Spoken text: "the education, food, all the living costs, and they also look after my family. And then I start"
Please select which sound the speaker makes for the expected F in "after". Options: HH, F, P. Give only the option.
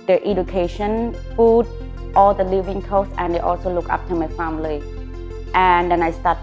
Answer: P